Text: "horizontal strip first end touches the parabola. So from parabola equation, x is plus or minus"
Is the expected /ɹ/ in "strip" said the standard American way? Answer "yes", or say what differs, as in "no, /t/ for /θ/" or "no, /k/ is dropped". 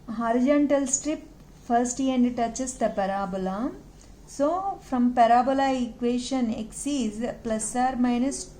yes